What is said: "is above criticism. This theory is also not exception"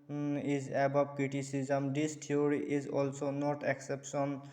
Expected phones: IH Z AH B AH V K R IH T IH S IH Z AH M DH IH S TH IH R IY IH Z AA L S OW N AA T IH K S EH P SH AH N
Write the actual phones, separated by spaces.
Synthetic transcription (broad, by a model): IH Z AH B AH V K R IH T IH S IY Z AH M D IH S T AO R IY IH Z AA L S OW N AA T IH K S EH P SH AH N